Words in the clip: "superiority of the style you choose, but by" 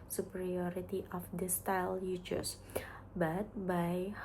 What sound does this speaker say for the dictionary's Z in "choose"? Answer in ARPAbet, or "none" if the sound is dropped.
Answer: S